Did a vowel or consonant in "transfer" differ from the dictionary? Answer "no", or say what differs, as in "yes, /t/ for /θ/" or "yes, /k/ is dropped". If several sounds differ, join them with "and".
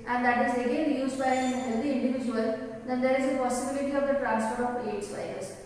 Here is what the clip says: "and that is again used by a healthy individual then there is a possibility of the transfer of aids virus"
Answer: yes, /p/ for /f/